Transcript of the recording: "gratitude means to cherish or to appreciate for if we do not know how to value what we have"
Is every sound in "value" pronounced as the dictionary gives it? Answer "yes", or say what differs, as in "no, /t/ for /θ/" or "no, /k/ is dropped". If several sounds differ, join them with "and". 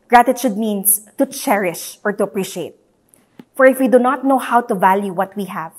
yes